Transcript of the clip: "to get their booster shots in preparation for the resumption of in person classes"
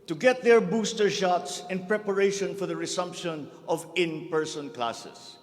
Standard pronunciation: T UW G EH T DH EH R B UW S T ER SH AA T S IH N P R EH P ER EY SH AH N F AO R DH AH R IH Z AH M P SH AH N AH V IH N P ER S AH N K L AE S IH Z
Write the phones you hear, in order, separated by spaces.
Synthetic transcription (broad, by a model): T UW G EH T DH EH R B UW S T ER SH AA T S IH N P R EH P ER EY SH AH N F AO R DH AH R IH S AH M P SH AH N AH V IH N P ER S AH N K L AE S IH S